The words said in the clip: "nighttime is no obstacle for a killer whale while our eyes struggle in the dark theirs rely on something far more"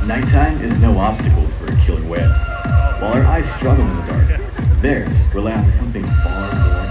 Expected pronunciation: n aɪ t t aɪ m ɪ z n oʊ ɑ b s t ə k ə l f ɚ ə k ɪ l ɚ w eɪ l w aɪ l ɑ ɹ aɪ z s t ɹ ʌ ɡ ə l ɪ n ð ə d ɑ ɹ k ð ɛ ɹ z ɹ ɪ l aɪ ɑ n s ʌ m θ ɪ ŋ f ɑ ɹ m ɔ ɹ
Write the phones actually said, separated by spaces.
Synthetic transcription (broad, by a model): n aɪ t t aɪ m ɪ z n oʊ ɑ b s t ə k l f ɚ ə k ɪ l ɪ w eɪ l w aɪ l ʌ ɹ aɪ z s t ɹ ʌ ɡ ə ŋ ɪ n ð ə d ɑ ɹ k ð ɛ ɹ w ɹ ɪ l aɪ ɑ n s ʌ m θ ɪ ŋ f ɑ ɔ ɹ